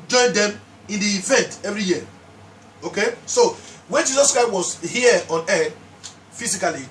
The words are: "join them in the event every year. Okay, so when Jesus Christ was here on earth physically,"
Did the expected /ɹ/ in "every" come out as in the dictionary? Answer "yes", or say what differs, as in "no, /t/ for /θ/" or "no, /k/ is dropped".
yes